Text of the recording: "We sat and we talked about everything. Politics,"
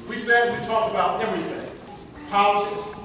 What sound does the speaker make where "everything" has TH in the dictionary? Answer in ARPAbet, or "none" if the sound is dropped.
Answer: TH